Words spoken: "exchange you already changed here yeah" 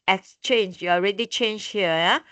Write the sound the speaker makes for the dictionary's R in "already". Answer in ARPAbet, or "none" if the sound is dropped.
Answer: R